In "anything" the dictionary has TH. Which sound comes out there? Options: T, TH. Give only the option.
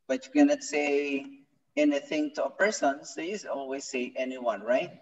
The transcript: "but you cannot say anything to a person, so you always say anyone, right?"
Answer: TH